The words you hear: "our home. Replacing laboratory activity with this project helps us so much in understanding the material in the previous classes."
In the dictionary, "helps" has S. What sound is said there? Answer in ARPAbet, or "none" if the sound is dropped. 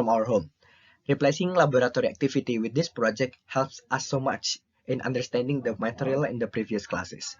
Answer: S